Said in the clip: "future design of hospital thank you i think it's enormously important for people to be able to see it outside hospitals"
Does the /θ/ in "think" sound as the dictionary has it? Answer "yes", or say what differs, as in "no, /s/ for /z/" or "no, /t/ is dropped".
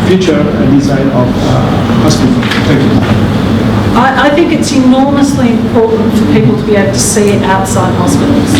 yes